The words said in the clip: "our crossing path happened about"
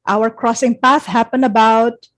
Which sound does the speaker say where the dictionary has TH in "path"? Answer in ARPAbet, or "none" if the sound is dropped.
TH